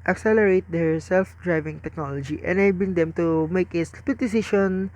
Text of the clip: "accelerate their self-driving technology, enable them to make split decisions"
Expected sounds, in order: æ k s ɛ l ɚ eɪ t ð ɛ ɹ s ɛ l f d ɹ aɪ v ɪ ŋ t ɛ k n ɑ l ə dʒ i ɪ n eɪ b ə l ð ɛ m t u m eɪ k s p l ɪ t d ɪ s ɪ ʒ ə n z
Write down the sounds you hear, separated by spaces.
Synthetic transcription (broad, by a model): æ k s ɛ l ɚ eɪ t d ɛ ɹ s ɛ l f d ɹ aɪ v ɪ ŋ t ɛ k n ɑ l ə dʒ i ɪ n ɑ b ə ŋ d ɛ m t u m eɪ k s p ɪ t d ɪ s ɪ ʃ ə n